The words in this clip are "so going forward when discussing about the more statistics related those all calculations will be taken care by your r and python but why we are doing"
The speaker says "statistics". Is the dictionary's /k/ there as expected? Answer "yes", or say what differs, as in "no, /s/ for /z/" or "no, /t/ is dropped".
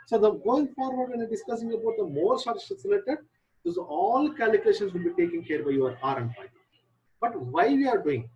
no, /k/ is dropped